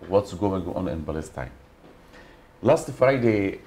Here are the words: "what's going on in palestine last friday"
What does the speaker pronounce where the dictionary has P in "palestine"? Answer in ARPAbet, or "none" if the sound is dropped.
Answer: B